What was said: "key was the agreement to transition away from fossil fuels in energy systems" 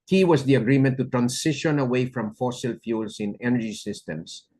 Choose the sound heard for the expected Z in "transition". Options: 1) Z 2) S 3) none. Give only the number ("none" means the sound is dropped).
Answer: 2